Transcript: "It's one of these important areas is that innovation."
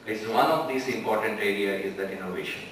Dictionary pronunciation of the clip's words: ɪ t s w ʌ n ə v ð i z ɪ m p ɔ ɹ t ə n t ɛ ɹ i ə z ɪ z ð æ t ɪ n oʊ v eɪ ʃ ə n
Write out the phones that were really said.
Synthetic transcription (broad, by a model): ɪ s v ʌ n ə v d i s ɪ m p ɔ ɹ t ə n t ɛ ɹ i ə ɪ z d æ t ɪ n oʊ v eɪ ʃ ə n